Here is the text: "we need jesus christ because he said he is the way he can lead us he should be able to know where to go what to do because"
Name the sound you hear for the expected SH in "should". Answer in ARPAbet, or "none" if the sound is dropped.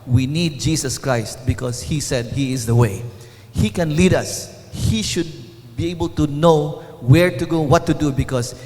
SH